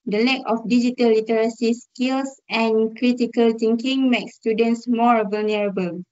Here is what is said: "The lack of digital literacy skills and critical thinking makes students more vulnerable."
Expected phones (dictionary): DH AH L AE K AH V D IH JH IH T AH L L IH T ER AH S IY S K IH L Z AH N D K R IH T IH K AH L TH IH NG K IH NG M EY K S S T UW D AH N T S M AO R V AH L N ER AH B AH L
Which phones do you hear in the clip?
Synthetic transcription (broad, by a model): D AH L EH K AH F D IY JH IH T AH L L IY T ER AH S IY S K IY L S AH N K R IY T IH K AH L T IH NG K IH NG M EY K S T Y UW D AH N T S M AO R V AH L N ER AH B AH L